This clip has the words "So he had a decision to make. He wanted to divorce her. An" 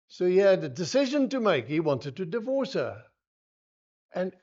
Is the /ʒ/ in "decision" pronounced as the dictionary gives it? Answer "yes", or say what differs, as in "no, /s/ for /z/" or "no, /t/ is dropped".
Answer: yes